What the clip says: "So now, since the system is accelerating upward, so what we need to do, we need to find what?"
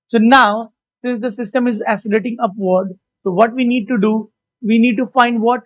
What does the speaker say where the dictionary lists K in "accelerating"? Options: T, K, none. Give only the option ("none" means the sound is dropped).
none